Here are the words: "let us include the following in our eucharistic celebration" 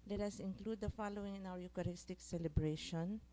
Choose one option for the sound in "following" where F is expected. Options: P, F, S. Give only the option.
F